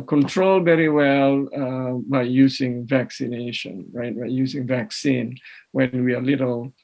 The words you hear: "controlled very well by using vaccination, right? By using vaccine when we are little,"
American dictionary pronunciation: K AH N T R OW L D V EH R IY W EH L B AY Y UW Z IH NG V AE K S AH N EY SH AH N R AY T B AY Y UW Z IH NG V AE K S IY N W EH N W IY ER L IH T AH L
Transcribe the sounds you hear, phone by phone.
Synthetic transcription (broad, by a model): K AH N T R OW L V EH R IY W EH L B AY Y UW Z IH NG V AE K S AH N EY SH AH N R AY T B AY Y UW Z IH NG V AE K S IY N W EH N W IY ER L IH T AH L